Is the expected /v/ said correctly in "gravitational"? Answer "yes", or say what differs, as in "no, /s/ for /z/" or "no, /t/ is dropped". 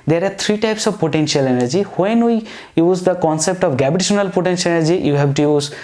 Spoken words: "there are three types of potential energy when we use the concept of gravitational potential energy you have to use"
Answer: no, /b/ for /v/